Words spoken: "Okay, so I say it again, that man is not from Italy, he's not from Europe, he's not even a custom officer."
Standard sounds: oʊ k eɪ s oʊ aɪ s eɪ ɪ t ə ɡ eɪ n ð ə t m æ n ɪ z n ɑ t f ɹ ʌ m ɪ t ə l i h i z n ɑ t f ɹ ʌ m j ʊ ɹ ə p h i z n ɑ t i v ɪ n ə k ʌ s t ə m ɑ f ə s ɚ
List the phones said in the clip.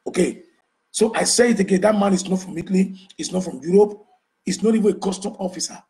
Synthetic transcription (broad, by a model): oʊ k eɪ s oʊ aɪ s eɪ ɪ t ə ɡ eɪ n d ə t m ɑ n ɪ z n ɑ t f ɹ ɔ m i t l i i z n ɑ t f ɹ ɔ m j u ɹ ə p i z n ɑ t i v ɪ n ə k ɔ s t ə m ɑ f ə s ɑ